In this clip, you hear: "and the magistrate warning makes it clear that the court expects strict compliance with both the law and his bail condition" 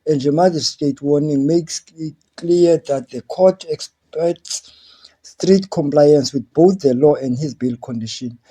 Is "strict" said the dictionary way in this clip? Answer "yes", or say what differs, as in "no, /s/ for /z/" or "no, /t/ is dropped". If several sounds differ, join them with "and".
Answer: no, /k/ is dropped